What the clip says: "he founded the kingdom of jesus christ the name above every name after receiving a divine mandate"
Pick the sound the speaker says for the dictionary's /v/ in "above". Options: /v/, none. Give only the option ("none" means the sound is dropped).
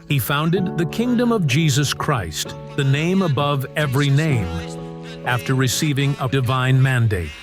/v/